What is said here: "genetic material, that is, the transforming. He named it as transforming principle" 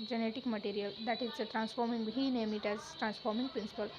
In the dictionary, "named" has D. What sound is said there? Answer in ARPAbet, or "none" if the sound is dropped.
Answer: none